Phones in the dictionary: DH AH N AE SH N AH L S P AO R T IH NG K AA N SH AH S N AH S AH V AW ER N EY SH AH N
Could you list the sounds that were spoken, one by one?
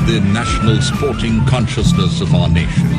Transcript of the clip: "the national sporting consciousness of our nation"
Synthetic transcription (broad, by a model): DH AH N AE SH N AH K S P AO R T IH NG K AA N SH AH S N AH S AH V AW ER N EY SH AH N